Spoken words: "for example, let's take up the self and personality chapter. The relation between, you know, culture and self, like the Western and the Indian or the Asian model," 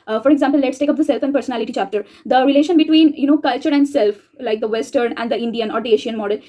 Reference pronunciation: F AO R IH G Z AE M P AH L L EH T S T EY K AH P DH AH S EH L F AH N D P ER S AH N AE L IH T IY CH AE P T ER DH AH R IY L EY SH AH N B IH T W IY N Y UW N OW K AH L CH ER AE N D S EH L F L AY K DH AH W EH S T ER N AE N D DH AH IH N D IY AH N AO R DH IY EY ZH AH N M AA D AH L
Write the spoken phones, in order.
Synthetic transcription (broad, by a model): F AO R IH G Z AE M P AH L L EH T S T EY K AH P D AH S EH L F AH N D P ER S AH N AE L IH T IY CH AE P T ER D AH R IY L EY SH AH N B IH T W IY N Y UW N OW K AH L CH ER AE N D S EH L F L AY K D AH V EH S T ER N AE N D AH IH N D IY AH N AO R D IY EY SH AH N M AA D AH L